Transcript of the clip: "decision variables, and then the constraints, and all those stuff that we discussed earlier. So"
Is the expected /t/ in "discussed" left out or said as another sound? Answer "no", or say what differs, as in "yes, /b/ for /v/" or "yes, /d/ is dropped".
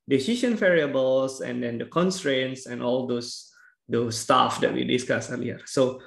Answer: yes, /t/ is dropped